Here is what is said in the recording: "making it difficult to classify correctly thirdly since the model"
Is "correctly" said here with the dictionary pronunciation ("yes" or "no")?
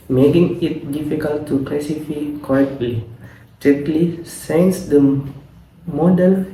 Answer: no